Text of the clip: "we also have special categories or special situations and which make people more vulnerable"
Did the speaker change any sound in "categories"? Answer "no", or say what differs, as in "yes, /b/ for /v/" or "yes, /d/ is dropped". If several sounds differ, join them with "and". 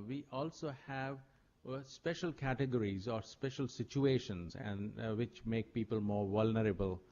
no